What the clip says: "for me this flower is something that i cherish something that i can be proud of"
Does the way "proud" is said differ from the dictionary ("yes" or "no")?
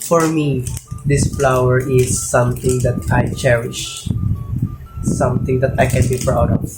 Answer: yes